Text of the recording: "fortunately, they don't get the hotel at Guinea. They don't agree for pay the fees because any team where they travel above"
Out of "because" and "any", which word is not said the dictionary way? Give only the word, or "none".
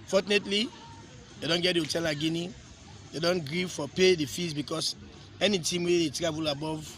because